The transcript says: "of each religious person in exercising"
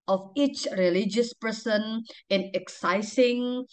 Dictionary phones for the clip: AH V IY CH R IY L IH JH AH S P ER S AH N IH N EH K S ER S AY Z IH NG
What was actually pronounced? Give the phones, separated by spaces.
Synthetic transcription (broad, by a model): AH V IY CH R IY L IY JH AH S P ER S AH N IH N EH K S S AY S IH NG